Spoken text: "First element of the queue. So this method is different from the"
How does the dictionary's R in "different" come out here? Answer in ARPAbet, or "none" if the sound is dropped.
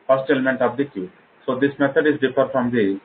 none